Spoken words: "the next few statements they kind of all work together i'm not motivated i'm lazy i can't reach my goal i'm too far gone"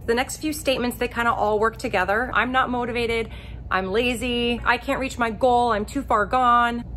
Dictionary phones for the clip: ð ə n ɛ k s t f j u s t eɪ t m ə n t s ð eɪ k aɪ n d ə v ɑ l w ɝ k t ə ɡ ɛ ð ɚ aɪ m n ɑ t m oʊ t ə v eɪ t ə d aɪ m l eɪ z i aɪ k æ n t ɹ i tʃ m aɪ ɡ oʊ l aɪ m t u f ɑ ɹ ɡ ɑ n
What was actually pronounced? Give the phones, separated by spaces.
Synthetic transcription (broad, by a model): ð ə n ɛ k s t f j u s t eɪ t m ə n t s ð eɪ k aɪ n d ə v ɑ l w ɝ k t ə ɡ ɛ ð ɚ aɪ m n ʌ t m oʊ t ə v eɪ t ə d aɪ m l eɪ z i aɪ k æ n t ɹ i tʃ m aɪ ɡ oʊ l aɪ m t u f ɑ ɹ ɡ ɑ n